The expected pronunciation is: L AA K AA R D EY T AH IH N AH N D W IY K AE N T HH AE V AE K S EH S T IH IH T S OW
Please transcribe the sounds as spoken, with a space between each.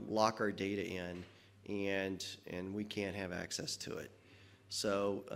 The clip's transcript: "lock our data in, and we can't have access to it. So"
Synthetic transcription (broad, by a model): L AA K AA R D EY T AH IH N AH N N W IY K AE N T HH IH V AE K S EH S T IH IH T S OW